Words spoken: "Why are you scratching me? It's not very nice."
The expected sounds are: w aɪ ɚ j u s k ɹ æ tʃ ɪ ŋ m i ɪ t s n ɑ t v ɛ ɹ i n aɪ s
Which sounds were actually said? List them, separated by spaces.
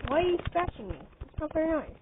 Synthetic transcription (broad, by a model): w aɪ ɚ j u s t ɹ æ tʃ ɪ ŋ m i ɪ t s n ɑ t f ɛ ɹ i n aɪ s